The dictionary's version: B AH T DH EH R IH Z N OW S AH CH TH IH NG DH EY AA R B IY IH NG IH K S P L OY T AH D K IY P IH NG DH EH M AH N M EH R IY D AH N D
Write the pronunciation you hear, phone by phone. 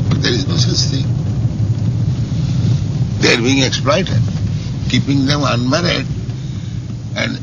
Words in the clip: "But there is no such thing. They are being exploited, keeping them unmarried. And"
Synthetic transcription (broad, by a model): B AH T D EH R IH Z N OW S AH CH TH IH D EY AA R B IY IH NG IH K S P L OY T AH D K IY P IH NG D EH M AH N M EH R IY D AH N D